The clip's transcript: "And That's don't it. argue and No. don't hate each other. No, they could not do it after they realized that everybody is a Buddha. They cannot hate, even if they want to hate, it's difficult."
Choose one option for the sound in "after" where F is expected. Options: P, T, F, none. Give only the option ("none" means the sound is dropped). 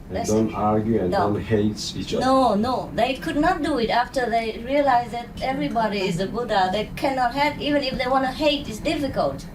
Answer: F